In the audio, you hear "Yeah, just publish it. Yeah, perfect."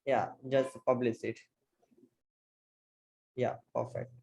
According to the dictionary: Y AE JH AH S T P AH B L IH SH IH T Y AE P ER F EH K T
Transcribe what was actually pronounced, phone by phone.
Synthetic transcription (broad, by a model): Y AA JH AH S T P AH B L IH S IH T Y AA P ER F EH K T